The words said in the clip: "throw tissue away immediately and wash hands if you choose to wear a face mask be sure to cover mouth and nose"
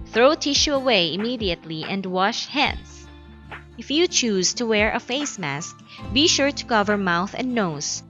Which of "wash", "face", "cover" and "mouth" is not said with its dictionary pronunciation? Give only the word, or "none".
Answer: none